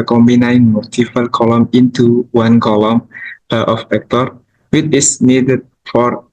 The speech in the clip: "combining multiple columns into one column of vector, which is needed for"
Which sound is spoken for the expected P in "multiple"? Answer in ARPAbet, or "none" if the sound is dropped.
F